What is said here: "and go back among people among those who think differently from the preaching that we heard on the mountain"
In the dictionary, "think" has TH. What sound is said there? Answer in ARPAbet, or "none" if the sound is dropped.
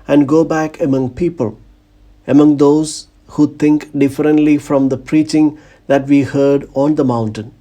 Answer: T